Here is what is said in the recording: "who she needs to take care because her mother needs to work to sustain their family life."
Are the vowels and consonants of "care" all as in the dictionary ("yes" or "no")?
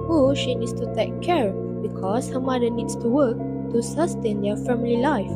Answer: yes